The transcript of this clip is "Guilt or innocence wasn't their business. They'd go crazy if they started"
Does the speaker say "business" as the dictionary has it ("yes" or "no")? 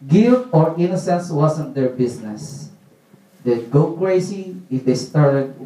no